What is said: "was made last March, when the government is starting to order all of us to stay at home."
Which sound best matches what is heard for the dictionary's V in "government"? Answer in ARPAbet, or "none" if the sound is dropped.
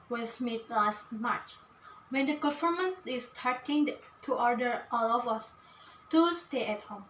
F